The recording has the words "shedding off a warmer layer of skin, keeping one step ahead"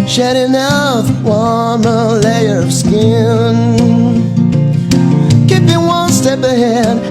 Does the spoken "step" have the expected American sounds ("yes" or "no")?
yes